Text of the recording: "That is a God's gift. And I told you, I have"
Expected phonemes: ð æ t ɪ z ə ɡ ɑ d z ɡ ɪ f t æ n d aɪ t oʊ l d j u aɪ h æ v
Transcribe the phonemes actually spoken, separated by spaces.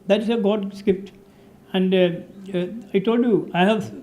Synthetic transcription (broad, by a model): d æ t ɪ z ə ɡ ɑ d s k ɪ p t æ n d aɪ t oʊ l d j u aɪ h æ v